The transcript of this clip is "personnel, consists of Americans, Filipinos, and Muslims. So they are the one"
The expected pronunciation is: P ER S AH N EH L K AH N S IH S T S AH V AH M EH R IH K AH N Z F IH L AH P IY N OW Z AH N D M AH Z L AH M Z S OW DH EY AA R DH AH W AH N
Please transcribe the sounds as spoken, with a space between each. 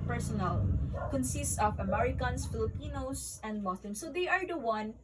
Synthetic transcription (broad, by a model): P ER S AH N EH L K AH N S IH S T S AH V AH M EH R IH K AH N S F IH L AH P IY N OW S AH N D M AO S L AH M S OW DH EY AA R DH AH W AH N